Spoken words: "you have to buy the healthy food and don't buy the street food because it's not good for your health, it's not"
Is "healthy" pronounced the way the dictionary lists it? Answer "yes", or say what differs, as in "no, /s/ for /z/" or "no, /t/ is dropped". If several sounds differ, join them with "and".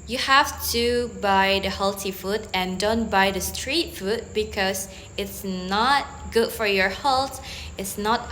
no, /t/ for /θ/